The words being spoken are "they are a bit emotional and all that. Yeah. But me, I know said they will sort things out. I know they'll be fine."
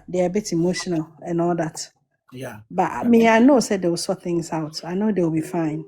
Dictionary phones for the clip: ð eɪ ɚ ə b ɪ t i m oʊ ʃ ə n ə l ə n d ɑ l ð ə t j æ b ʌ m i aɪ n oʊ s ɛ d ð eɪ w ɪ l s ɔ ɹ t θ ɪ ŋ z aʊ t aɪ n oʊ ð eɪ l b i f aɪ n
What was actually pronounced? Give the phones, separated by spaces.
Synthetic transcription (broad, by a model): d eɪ ə b ɪ t i m oʊ ʃ ə n ə l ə n ɑ l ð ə t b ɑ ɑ m i aɪ n oʊ s ɛ d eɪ w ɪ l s ɔ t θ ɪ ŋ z aʊ t aɪ n oʊ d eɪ w b i f aɪ n